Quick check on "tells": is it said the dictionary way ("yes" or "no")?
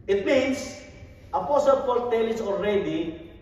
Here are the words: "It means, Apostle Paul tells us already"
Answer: no